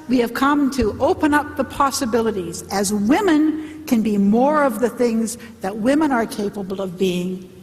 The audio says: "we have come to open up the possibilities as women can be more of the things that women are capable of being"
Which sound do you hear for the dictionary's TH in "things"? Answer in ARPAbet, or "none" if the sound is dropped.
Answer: TH